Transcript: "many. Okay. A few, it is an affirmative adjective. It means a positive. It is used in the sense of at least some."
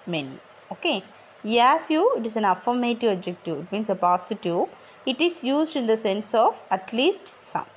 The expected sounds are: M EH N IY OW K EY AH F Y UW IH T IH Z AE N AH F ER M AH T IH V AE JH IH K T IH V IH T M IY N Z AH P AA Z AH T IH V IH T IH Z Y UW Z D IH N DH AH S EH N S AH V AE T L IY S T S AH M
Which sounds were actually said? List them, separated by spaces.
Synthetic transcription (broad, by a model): M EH N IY OW K EY AH F Y UW IH T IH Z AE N AH F ER M AH T IH V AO JH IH K T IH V IH T M IY N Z AH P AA S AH T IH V IH T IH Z Y UW Z D IH N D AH S EH N S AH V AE T L IY S T S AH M